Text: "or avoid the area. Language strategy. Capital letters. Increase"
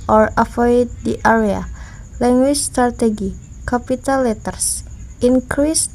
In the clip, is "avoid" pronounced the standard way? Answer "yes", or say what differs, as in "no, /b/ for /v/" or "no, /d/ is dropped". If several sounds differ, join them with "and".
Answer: no, /f/ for /v/